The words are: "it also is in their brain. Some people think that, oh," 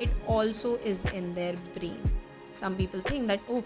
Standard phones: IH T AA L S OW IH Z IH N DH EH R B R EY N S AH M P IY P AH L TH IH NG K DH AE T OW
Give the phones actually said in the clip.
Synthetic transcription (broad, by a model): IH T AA L S OW IH Z IH N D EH R B R EY N S AH M P IY P AH L T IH NG K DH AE T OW